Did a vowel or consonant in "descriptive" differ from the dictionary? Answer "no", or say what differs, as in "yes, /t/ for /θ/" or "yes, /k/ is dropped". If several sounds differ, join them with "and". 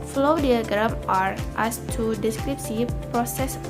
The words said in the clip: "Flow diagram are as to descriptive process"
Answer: yes, /s/ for /t/